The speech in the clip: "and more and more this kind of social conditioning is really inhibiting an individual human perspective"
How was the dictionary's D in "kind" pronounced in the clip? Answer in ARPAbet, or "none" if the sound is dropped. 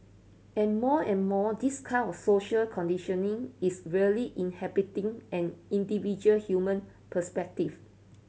none